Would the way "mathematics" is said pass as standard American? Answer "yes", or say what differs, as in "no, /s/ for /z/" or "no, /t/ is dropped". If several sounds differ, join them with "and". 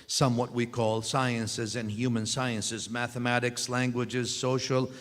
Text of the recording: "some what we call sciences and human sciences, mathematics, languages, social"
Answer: yes